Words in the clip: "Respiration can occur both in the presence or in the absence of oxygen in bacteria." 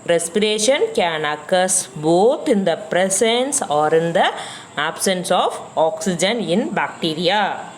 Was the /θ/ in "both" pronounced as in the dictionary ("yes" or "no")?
no